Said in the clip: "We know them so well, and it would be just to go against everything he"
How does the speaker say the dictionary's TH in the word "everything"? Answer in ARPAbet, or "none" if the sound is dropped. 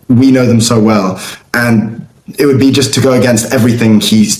TH